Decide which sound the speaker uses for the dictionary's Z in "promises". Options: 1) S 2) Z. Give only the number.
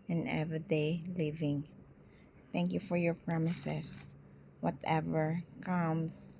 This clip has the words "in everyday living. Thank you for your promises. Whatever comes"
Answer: 1